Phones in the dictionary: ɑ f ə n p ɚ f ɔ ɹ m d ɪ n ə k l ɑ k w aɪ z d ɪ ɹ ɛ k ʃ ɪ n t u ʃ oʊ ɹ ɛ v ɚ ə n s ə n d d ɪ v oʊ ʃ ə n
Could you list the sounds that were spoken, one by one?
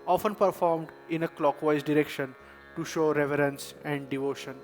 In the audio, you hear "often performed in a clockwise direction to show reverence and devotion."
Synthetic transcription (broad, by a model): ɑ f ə n p ɚ f ɔ ɹ m d ɪ n ə k l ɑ k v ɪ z d ɪ ɹ ɛ k ʃ ɪ n t u ʃ oʊ ɹ ɛ v ɚ ə n s ə n d d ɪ v oʊ ʃ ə n